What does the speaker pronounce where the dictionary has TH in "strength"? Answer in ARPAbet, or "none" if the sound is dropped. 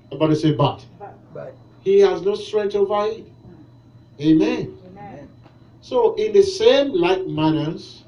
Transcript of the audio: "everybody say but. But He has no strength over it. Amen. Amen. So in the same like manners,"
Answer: T